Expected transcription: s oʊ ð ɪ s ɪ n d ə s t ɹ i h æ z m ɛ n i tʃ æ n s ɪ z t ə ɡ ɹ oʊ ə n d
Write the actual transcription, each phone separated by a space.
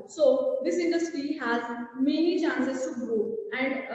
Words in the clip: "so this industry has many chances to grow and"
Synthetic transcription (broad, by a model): s oʊ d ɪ s ɪ n d ə s t ɹ i h æ z m ɛ n i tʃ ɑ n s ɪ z s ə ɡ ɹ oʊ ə n d